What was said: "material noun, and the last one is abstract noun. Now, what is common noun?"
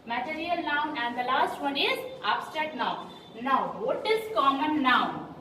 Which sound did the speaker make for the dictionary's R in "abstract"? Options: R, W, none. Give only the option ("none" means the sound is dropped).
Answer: none